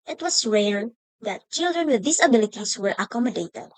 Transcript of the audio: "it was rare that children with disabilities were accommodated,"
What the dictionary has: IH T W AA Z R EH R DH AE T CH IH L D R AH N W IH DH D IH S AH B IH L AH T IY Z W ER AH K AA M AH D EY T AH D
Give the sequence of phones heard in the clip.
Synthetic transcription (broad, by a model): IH T W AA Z R EH R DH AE T CH IH L D R AH N W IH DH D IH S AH B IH L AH T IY S W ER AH K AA M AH D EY T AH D